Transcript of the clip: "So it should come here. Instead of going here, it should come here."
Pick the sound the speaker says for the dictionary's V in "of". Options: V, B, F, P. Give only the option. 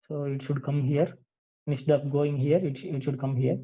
P